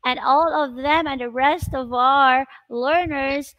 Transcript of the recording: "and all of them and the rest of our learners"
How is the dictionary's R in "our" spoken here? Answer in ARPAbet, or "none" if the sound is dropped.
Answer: R